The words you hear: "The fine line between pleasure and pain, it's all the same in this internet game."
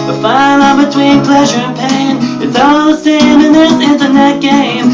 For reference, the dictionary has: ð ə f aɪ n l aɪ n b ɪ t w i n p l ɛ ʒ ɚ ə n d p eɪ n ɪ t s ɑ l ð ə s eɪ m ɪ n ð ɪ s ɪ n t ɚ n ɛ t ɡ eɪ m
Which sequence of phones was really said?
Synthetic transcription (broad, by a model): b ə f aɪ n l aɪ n b ɪ t w i n p l ɛ ʒ ɚ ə n p eɪ ɪ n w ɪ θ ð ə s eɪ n ɪ n ð ɪ s ɪ n t ɚ n ɛ t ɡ eɪ m